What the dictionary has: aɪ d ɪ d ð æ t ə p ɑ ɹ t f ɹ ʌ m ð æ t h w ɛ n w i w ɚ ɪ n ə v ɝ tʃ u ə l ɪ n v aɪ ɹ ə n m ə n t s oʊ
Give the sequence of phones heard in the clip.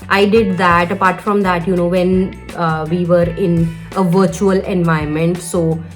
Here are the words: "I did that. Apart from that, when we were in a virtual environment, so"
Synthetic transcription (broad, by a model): aɪ d ɪ d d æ t ə p ɑ ɹ t f ɹ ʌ m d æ t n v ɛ n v i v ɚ ɪ n ə v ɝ tʃ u ə l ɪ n v aɪ ə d m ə n t s oʊ